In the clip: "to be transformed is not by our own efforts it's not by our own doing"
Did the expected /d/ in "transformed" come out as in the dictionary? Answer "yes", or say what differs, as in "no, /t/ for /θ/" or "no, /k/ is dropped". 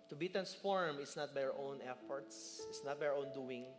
no, /d/ is dropped